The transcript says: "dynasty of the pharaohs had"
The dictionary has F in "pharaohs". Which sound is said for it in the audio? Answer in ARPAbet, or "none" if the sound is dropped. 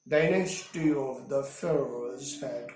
F